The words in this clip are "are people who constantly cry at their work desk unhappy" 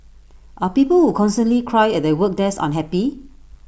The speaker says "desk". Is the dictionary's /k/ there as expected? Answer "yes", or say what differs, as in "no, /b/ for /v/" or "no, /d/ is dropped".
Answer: no, /k/ is dropped